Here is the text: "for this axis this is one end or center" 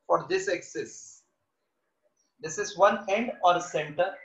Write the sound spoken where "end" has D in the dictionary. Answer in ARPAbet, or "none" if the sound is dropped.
D